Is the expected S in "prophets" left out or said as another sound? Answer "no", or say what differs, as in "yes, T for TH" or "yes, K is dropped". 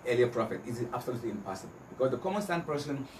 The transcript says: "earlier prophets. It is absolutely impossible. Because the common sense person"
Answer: yes, S is dropped